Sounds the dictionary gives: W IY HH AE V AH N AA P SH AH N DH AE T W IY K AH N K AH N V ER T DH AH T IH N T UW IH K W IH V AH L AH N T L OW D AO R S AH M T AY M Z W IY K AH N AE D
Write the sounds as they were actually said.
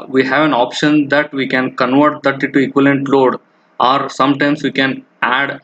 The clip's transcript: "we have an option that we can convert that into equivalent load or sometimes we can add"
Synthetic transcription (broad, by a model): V IY HH AE V AH N AA P SH AH N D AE T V IY K AH N K AH N V ER T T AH T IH T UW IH K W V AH L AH N T L OW D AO R S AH M T AY M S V IY K AH N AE D